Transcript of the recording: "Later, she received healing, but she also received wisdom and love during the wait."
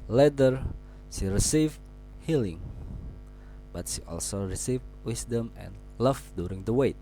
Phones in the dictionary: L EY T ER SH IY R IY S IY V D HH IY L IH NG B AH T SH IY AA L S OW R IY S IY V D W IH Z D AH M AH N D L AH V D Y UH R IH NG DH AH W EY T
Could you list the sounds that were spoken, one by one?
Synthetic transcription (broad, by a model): L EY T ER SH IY R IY S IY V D HH IY L IH NG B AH T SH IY AA L S OW R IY S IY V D W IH S D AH M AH N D L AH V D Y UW R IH NG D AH W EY T